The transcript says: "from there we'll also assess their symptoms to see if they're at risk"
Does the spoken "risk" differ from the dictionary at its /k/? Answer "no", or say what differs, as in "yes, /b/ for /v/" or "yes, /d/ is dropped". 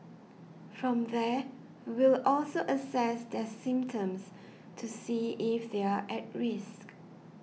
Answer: no